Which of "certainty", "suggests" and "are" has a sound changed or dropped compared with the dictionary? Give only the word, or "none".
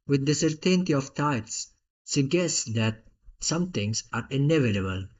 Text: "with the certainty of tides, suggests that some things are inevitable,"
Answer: suggests